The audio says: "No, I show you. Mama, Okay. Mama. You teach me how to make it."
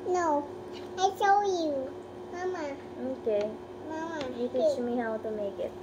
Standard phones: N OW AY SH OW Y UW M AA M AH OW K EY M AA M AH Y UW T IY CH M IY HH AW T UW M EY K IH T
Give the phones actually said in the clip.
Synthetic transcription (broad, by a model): N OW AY S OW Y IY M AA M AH OW K EY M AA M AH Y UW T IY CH M IY HH AW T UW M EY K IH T